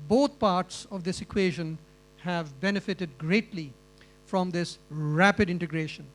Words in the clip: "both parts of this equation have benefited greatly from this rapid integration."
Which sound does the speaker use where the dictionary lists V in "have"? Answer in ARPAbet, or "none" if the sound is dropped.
V